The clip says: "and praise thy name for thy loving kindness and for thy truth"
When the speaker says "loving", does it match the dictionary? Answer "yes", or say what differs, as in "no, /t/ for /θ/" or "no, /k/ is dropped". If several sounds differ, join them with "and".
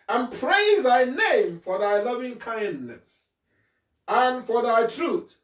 yes